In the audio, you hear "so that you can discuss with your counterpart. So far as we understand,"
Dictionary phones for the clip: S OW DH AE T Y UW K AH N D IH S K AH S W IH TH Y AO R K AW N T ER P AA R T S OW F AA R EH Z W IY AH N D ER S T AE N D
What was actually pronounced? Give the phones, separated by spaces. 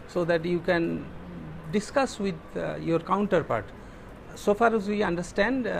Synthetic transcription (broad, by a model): S OW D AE T Y UW K AH N D IH S K AH S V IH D Y AO R K AW N T ER P AA R T S OW F AA R EH Z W IY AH N D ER S T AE N D